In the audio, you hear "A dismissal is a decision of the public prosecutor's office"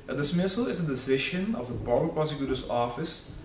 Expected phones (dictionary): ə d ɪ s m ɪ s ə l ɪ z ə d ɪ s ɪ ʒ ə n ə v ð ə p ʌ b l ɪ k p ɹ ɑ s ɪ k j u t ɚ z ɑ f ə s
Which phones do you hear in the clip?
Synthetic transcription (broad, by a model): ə d ɪ s m ɪ s ə l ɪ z ə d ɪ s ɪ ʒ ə n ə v ð ə b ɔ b ɪ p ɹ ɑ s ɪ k j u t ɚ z ɑ f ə s